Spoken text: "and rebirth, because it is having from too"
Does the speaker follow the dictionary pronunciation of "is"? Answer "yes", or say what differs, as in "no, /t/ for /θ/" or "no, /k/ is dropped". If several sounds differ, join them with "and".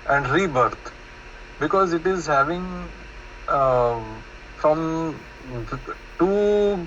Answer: yes